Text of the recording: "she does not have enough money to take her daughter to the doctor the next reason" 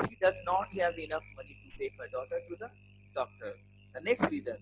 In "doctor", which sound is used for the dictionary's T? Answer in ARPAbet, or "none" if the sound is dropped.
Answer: T